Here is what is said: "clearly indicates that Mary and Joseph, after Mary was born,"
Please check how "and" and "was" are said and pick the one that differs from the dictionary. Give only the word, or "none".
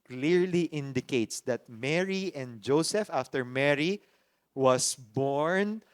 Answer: was